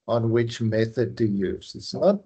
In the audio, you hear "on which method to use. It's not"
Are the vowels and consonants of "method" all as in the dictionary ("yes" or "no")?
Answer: yes